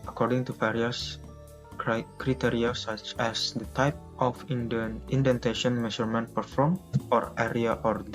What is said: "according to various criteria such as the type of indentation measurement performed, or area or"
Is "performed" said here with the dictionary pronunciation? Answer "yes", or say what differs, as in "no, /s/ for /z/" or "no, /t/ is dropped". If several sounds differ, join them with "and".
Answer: no, /d/ is dropped